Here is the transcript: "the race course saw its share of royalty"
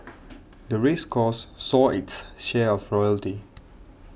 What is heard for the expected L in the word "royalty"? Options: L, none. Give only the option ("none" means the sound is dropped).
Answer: L